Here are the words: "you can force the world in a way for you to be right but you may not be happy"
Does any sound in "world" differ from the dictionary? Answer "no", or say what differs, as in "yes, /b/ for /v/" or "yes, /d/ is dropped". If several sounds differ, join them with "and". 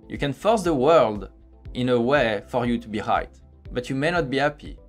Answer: no